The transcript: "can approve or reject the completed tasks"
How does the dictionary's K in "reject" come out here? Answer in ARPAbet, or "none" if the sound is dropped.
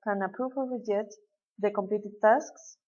none